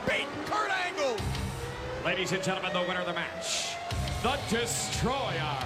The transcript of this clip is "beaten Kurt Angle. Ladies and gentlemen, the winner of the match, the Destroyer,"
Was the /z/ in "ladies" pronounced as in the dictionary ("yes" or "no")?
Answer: yes